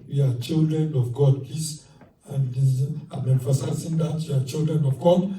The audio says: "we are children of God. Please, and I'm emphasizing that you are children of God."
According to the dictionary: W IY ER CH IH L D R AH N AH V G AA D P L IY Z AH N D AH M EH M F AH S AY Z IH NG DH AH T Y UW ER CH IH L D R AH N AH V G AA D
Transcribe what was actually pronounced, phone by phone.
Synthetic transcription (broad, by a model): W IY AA CH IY L D R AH N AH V G AA D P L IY S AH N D AH M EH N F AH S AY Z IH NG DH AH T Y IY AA CH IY L D R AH N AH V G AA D